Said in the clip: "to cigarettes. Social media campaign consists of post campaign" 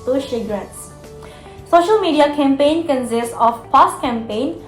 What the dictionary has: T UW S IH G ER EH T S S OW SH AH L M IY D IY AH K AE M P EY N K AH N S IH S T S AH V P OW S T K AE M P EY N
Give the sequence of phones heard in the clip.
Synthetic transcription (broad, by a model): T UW SH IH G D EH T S S OW SH AH L M IY D IY AH K AE M P EY N K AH N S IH S T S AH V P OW S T K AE M P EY N